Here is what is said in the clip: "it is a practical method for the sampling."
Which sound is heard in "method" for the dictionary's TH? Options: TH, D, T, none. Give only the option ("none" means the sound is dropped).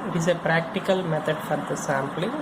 T